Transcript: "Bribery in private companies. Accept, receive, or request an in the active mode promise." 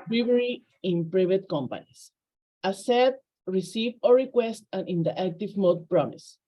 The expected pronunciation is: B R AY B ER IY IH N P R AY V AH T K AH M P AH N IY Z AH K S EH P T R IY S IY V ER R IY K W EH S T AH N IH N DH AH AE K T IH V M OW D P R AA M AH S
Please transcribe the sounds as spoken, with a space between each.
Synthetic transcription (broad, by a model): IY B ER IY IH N P R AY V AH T K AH M P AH N IY S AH S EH T R IY S IY V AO R IY K W EH S T AH N IH N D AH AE K T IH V M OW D P R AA M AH S